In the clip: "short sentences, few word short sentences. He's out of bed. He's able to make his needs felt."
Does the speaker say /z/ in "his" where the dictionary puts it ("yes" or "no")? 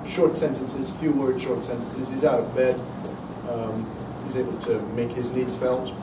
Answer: yes